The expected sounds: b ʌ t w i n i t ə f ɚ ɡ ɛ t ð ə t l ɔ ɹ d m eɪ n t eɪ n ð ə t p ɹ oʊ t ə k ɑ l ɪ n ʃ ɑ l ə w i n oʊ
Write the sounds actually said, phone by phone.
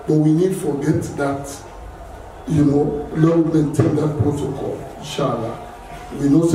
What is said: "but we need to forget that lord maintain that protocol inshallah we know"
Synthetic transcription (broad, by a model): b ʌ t w i n i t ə f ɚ ɡ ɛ t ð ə t n ɔ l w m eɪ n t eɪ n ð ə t p ɹ oʊ t ə k ɑ l ɪ n ʃ ɑ l ə w i n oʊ